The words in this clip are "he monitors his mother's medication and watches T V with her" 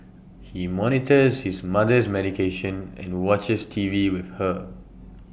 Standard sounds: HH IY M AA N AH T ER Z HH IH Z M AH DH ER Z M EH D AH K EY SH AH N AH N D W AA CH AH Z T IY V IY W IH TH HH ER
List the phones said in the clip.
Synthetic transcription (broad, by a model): HH IY M AA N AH T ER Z HH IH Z M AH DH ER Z M EH D AH K EY SH AH N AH N W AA CH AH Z T IY V IY W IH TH HH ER